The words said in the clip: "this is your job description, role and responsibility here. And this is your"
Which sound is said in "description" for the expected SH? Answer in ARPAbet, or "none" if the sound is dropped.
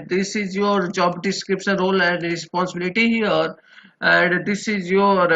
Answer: S